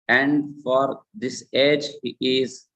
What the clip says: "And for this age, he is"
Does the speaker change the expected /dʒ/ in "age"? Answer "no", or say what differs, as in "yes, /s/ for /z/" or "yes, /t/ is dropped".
no